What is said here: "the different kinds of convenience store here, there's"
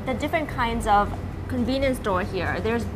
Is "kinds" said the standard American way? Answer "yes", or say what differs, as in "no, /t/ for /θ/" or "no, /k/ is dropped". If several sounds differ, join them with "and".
yes